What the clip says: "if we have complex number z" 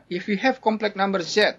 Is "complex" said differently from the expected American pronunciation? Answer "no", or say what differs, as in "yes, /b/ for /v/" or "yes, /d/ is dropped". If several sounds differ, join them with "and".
yes, /s/ is dropped